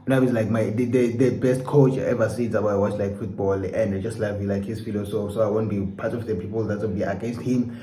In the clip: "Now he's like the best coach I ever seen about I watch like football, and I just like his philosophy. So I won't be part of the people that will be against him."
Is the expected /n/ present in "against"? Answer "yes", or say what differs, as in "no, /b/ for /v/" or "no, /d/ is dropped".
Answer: yes